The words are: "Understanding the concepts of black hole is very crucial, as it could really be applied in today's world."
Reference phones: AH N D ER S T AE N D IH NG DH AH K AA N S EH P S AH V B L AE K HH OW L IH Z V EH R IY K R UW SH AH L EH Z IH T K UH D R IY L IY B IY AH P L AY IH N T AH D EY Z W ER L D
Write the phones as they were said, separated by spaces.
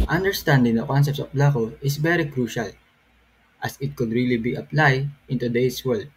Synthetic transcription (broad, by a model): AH N D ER S T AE N D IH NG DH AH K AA N S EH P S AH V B L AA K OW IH S V EH R IY K R UW SH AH L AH S IH T K UH D R IY L IY B IY AH P L AY IH N T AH D EY S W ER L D